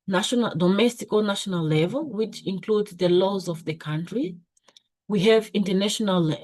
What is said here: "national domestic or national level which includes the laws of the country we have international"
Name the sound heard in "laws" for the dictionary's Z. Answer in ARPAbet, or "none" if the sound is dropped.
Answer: Z